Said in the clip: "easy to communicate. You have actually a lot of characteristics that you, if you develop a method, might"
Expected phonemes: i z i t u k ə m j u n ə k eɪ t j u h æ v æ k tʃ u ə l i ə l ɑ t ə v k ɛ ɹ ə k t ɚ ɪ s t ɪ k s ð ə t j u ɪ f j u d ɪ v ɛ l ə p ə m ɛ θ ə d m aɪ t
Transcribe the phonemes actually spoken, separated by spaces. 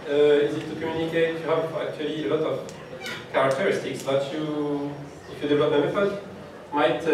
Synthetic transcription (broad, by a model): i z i t u k ə m j u n ə k eɪ t j u h æ v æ k tʃ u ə l i ə l ɑ t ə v k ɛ ɹ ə k t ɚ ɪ s t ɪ k s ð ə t j u ɪ f j u d ɪ v ɛ l ə p ə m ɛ f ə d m aɪ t